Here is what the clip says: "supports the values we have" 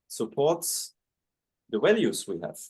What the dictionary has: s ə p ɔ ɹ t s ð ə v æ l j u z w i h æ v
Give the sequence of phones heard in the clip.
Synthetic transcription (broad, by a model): s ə p ɔ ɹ t s ð ə w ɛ l j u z w i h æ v